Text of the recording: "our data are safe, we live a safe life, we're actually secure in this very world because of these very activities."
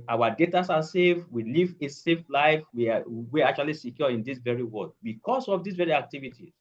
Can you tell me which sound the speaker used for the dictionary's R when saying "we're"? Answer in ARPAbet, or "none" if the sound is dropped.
W